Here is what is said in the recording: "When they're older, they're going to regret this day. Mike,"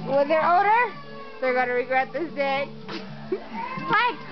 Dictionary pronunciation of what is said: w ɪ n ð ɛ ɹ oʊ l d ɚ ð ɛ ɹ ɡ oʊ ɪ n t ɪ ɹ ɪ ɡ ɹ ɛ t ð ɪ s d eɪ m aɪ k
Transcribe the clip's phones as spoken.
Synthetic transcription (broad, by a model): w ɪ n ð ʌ ɹ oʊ d ɚ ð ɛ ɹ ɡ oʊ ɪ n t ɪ ɹ ɪ ɡ ɹ ɛ t ð ɪ s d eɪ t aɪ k